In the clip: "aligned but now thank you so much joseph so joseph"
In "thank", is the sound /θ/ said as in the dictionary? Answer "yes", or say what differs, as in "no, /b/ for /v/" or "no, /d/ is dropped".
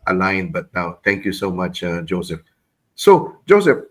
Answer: no, /t/ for /θ/